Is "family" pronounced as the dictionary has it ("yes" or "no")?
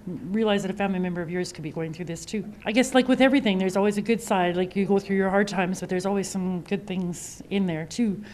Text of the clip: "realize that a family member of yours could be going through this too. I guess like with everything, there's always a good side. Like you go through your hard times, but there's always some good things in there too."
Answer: no